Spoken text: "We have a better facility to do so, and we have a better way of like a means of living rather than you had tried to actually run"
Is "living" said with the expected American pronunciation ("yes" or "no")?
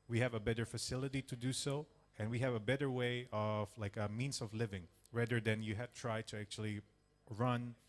yes